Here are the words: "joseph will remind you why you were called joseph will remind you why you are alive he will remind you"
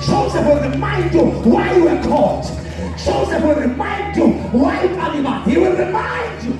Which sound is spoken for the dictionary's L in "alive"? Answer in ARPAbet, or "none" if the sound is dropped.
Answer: N